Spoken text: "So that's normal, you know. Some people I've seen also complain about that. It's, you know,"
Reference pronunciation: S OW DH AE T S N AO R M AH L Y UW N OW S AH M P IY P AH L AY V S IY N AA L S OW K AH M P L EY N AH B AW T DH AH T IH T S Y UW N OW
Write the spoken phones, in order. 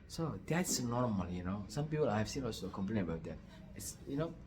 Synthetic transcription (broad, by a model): S OW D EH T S N AO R M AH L Y UW N OW S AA M P IY P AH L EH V S IY N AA S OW K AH M P L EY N AH B AW T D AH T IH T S Y UW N OW